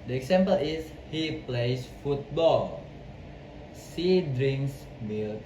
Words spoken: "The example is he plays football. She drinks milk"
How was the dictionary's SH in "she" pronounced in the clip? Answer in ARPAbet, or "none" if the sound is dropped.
S